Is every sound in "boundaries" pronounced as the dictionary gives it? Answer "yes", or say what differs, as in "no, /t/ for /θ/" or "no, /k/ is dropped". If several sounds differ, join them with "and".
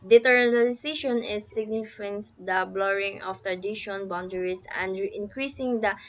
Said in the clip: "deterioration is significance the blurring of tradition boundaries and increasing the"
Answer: no, /s/ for /z/